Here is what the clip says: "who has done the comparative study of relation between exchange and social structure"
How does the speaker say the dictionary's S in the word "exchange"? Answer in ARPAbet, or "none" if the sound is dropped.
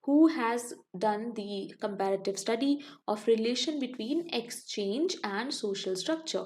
S